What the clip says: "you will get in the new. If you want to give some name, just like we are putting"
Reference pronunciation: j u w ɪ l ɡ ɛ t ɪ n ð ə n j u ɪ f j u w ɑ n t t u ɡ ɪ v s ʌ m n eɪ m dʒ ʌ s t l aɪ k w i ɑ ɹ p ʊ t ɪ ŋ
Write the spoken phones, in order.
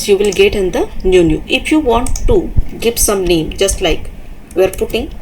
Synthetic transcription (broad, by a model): j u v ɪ l ɡ ɛ t ɪ n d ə n j u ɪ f j u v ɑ n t t u ɡ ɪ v s ʌ m l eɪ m dʒ ʌ s t l aɪ k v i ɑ ɹ p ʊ t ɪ ŋ